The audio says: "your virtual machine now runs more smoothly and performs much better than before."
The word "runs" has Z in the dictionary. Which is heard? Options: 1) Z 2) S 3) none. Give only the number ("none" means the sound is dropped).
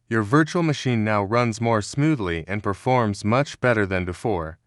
1